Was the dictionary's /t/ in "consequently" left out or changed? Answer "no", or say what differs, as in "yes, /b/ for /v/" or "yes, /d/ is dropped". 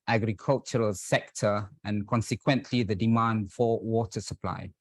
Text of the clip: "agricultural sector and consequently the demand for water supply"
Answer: no